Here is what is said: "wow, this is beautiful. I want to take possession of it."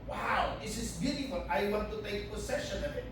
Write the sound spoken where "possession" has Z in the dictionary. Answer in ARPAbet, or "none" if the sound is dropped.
S